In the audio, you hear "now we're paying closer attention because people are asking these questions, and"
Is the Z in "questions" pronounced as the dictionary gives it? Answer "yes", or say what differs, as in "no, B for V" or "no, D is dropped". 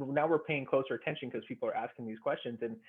yes